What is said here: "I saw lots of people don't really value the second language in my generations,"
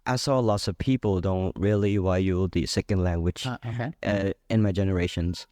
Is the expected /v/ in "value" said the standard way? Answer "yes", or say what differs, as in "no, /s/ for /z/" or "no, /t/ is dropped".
no, /w/ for /v/